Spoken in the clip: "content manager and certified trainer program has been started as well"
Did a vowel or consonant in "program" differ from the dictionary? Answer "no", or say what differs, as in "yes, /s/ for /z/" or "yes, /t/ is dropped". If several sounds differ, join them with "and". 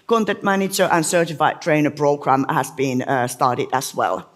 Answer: yes, /b/ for /p/